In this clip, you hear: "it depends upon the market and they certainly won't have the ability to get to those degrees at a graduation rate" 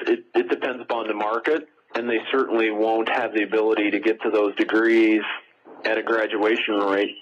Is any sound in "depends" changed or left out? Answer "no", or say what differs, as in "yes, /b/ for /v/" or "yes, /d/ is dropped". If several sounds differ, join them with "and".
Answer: no